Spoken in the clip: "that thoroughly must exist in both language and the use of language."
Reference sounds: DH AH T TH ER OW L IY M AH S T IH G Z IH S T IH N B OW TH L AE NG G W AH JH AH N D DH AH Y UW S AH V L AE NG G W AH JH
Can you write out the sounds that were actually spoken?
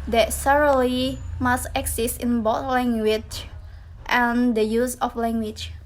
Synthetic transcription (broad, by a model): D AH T S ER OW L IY M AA S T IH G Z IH S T IH N B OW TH L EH NG G W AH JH AH N D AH Y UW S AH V L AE NG G W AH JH